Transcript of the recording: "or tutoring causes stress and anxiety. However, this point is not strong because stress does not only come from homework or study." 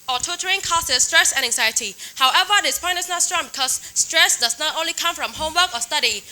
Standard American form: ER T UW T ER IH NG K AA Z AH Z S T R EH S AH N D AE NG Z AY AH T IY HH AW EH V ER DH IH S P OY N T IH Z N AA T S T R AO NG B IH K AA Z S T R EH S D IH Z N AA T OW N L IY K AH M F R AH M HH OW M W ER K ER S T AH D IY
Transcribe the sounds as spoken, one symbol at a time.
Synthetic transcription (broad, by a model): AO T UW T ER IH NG K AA S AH S T R EH S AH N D AE NG Z AY AH T IY HH AW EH V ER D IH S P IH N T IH S N AA T S T R AO NG B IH K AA S T R EH S D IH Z N AA T OW N L IY K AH M F R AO M HH OW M W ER K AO S T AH D IY